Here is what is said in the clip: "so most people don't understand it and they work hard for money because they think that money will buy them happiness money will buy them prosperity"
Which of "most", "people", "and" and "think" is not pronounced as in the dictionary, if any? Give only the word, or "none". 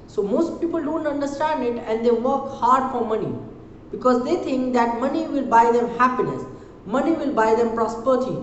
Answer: think